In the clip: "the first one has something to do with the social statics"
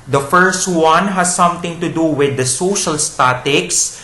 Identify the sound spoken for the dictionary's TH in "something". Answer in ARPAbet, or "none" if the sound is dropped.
T